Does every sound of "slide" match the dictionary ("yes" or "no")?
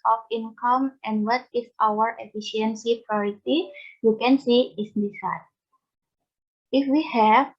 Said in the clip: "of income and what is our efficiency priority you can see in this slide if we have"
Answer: no